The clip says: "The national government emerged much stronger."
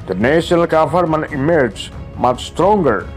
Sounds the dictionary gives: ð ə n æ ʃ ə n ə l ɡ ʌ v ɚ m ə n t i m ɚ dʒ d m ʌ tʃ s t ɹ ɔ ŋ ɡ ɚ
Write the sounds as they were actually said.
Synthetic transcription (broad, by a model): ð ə n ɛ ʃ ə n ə l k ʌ f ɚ m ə n i m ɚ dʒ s m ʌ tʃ s t ɹ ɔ ŋ ɡ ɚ